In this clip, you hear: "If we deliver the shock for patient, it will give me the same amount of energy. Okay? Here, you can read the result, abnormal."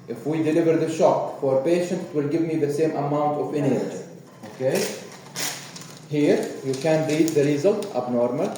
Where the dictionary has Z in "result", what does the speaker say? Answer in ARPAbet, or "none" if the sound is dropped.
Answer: Z